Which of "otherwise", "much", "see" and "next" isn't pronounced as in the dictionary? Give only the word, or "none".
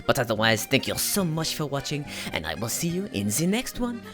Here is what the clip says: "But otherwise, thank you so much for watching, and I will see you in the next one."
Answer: none